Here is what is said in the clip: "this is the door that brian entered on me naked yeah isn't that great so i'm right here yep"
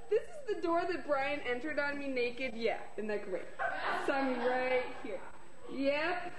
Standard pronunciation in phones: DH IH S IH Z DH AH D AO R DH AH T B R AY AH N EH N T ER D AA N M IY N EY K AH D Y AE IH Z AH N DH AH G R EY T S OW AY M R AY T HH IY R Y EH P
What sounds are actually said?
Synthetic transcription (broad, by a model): DH IH S IH Z DH AH D AO R DH AH T B R AY AH N EH N T ER D N M IY N EY K AH D Y AE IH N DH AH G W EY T S OW AY M R AY T HH IY R Y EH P